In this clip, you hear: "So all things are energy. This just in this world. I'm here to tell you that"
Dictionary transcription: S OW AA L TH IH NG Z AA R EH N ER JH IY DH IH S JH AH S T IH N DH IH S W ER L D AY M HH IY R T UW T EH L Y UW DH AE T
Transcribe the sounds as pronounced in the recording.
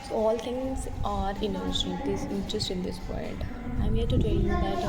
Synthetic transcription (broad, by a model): S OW AA L T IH NG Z AA R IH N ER SH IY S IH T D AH S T IH N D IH S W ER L D AY M HH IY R T UW T EH L Y UW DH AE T